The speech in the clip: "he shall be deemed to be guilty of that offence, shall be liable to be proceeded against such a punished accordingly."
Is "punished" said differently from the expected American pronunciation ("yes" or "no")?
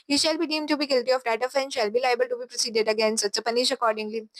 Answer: yes